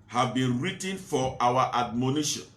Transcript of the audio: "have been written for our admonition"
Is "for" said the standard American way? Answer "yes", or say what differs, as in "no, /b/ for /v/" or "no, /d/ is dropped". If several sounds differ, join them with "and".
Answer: no, /w/ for /ɹ/